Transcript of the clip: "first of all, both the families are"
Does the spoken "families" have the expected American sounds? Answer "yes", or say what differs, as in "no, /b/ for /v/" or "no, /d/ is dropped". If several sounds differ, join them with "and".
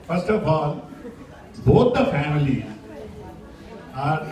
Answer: no, /z/ is dropped